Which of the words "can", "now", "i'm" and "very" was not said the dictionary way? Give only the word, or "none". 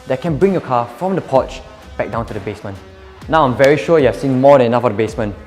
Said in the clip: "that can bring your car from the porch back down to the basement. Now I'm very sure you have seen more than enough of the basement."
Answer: none